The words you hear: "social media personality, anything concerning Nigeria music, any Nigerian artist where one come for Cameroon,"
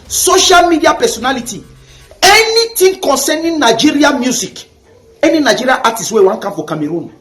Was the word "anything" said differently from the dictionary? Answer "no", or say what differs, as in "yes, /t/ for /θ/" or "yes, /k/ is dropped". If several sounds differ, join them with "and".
yes, /t/ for /θ/